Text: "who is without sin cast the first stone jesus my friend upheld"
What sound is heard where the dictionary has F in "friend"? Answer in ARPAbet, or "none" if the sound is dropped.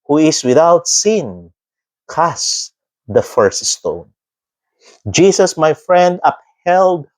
F